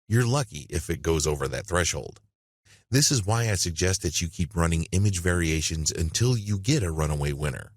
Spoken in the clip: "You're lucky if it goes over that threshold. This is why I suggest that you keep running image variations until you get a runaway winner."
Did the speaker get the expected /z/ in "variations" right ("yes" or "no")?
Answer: yes